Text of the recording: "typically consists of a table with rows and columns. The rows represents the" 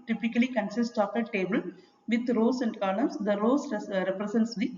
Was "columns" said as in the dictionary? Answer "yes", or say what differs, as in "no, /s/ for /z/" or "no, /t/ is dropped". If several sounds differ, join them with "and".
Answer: no, /n/ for /l/